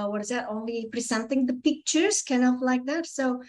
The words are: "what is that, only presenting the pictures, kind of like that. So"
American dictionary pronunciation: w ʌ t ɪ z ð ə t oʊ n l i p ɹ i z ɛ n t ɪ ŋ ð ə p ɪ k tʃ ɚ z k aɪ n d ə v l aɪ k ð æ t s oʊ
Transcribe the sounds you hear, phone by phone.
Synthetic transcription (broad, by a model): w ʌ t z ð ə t oʊ n l i p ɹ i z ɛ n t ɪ ŋ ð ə p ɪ k tʃ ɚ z k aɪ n ə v l aɪ k ð æ t s oʊ